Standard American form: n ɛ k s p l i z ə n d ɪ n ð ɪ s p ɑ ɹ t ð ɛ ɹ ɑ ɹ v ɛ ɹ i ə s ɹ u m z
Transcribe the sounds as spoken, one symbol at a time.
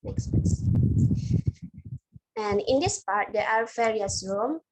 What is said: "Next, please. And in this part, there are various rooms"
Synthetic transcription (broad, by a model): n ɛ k s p i s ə n ɪ n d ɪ s p ɑ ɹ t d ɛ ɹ ɑ ɹ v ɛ ɹ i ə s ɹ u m